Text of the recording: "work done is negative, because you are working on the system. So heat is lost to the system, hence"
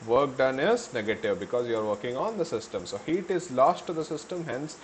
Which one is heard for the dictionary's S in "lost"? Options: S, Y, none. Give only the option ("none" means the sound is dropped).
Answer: S